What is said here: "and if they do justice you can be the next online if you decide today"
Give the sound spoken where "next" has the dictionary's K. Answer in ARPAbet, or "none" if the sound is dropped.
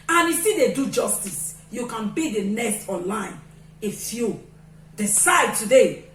none